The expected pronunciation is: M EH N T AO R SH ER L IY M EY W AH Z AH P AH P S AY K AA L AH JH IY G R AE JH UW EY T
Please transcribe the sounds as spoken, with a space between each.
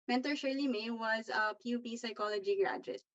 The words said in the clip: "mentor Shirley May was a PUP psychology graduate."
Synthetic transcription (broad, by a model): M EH N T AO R SH ER L IY M EY W AH Z AH P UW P S AY K AA L AH JH IY G R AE JH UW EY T